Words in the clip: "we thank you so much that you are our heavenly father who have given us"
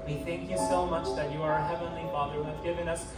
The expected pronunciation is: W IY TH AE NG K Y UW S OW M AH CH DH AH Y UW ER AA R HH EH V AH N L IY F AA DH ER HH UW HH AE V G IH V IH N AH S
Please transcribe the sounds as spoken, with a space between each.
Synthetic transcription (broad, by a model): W IY TH AE NG K Y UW S OW M AH CH DH AH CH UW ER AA R HH EH V AH N L IY F AA DH ER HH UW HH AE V G IH V IH N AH S